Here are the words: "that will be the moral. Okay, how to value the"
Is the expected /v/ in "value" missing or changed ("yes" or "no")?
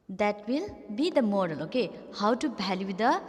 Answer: yes